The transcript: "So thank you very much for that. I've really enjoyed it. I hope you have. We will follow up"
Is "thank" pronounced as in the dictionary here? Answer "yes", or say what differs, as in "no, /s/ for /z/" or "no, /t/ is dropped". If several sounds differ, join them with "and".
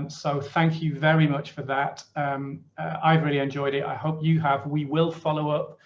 yes